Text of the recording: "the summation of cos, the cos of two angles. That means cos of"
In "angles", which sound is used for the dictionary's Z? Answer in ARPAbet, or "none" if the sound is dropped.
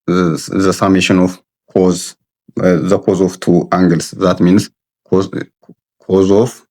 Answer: S